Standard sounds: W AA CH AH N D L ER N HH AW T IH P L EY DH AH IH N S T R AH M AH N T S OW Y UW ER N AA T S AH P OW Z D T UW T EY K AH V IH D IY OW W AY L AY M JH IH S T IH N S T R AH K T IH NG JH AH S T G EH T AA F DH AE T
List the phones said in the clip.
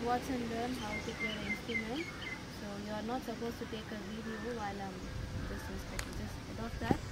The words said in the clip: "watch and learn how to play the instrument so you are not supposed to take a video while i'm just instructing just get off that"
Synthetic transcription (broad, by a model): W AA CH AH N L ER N HH AW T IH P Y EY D IH N S T R AH M AH N T S OW Y UW ER N AA T S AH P OW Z T UW T EY K AH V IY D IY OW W AY L AY M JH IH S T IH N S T AH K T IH JH AH S T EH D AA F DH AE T